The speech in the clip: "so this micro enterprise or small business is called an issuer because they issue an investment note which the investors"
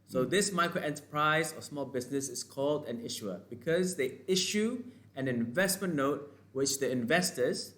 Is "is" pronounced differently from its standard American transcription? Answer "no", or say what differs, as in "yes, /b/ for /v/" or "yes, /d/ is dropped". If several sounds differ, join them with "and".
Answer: yes, /s/ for /z/